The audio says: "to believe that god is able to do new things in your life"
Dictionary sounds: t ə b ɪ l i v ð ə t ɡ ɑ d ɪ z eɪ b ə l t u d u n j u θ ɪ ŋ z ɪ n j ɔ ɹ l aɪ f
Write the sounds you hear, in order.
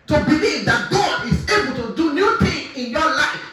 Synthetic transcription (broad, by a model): t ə b ɪ l i v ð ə t ɡ ɑ d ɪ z eɪ b ə l t u d u n j u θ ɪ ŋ ɪ n j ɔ l aɪ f